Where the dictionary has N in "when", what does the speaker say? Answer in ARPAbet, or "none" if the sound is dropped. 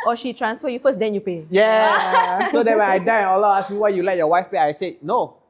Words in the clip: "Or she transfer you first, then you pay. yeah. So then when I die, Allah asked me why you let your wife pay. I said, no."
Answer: none